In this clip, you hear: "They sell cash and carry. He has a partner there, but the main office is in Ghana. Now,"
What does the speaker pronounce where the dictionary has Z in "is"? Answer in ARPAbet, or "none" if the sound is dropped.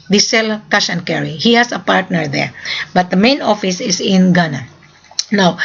S